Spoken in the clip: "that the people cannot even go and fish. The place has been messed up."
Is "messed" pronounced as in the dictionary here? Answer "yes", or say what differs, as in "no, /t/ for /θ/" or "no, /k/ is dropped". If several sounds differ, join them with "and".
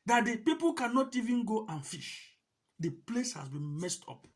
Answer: yes